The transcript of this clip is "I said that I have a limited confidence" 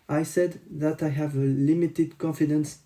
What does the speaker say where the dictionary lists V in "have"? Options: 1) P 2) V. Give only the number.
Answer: 2